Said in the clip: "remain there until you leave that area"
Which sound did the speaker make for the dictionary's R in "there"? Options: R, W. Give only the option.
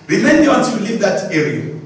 W